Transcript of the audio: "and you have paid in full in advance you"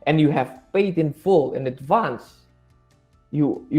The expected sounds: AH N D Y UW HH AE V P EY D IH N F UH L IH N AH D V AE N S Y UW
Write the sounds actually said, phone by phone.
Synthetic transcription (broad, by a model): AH N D Y UW HH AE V F EY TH IH N F UH L IH N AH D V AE N S Y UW